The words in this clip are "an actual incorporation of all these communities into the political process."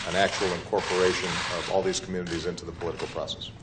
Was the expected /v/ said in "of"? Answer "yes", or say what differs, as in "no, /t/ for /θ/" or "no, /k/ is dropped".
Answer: yes